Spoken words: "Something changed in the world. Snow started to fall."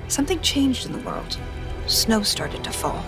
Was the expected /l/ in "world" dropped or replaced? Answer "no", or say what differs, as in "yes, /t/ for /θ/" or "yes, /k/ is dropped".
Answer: no